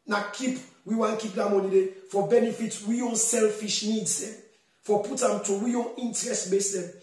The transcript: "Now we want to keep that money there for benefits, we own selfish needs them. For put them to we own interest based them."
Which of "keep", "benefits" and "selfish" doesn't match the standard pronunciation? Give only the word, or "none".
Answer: benefits